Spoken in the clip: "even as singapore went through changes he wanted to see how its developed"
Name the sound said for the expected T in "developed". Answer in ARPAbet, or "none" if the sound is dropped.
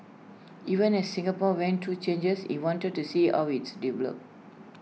none